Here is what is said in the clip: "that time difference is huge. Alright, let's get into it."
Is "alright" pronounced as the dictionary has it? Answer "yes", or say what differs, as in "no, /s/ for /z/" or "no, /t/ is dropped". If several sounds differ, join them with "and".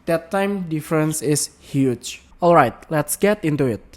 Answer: yes